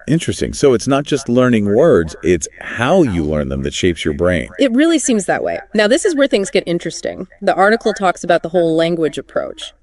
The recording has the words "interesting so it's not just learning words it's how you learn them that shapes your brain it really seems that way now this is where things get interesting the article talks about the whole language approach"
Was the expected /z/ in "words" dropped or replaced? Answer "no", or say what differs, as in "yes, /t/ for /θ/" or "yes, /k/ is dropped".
no